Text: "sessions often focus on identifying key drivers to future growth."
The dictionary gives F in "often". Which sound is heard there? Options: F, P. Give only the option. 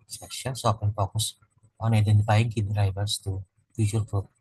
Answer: P